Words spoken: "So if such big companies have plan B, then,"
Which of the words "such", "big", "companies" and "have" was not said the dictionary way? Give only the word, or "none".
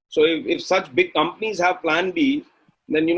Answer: none